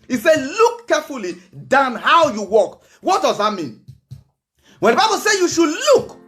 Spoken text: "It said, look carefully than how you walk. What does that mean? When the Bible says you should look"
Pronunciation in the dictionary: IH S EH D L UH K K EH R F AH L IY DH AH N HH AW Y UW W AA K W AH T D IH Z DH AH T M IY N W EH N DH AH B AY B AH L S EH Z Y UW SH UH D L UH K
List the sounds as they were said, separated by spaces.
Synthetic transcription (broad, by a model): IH S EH L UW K K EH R F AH L IY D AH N HH AW Y UW W AA K W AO T D IH Z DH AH T M IY N W EH N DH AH B AY B AH L S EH Y UW SH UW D L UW K